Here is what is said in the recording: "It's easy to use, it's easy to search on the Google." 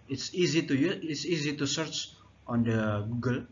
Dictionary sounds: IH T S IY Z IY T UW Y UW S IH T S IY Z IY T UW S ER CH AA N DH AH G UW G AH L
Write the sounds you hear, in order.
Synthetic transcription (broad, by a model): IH T S IY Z IY T UW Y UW IH T S IY Z IY T UW S ER CH AA N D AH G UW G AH L